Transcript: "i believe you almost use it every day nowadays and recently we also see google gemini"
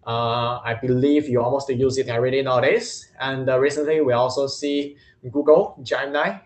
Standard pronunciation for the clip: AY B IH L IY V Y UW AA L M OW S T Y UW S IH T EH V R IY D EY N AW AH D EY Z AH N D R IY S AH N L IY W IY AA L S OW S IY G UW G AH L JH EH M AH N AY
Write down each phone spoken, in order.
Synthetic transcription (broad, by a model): AY B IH L IY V Y UW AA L M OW S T Y UW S IH T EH R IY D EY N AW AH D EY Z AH N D R IY S AH N L IY W IY AA L S OW S IY G UW G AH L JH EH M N AY